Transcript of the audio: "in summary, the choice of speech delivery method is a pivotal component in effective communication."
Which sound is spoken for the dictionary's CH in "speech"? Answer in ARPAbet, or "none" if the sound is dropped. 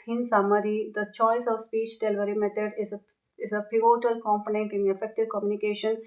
CH